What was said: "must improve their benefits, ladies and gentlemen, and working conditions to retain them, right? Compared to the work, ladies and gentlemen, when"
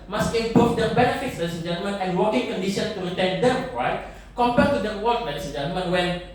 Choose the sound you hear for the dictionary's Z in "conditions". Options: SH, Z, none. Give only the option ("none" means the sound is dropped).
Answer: none